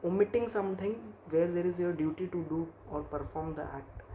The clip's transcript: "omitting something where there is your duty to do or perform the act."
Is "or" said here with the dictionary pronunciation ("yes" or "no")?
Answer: yes